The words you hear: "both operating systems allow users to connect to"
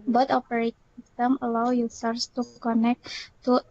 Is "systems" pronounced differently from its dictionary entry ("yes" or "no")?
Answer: yes